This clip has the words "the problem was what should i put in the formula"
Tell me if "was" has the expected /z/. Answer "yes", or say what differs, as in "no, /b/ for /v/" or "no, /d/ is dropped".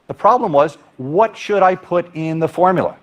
yes